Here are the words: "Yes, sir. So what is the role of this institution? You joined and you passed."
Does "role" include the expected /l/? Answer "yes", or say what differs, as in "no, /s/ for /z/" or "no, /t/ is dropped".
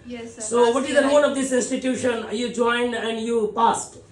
no, /n/ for /l/